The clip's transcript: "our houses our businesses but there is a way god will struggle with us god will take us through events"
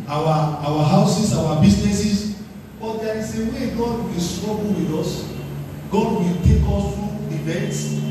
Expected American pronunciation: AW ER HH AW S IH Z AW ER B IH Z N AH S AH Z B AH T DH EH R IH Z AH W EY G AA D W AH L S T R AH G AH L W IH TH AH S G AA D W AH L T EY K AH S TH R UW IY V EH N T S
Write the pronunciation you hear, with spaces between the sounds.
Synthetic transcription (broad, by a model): AW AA HH AW S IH S AW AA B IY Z N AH S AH S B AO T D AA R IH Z AH W EY G AA D W AH L S T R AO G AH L W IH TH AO S G AA D W AH L T EY K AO S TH R UW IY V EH N T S